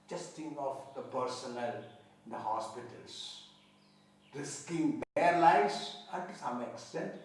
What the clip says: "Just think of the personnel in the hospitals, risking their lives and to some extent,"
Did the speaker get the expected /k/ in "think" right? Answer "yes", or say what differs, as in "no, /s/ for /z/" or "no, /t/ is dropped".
no, /k/ is dropped